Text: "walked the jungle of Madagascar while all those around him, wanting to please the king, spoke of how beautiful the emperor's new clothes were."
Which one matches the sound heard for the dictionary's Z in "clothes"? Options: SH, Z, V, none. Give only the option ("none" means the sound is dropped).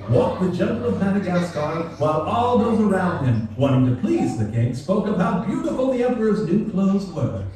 Z